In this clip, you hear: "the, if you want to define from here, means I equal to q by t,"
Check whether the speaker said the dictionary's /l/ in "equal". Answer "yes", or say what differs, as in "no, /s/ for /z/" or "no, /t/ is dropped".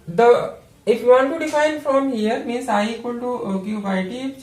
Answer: no, /n/ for /l/